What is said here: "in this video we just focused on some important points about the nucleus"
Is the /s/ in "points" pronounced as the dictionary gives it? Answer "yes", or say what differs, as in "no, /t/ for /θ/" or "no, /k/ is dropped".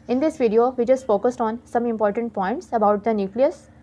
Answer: yes